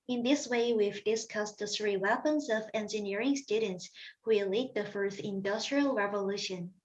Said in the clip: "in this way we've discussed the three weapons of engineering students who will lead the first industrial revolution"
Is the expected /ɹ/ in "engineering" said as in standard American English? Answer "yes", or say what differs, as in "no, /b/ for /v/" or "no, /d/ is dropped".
yes